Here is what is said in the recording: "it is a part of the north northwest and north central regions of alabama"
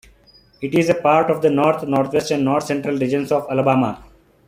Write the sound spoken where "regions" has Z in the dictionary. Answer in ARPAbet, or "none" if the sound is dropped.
S